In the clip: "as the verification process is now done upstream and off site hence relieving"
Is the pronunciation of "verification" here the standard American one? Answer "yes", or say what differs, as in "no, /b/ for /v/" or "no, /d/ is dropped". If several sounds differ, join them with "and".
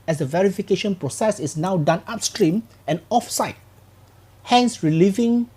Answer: yes